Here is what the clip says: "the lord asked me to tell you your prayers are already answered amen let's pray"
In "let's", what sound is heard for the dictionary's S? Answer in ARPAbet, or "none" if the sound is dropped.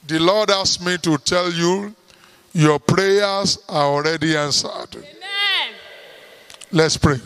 S